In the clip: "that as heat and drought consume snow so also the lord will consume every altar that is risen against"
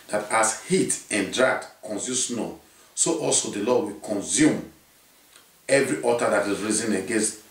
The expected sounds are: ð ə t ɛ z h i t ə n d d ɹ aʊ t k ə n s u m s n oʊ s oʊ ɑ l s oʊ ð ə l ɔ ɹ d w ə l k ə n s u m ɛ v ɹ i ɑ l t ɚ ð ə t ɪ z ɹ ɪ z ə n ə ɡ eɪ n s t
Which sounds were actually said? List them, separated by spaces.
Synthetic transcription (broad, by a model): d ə t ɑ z h i t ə n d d ɹ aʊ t k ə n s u s n oʊ s oʊ ɑ l s oʊ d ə l ɔ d w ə k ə n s u m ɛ v ɹ i ɑ t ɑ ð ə t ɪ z ɹ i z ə n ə ɡ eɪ n s t